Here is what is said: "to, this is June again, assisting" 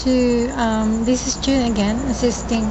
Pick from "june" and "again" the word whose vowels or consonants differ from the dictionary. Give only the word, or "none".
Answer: june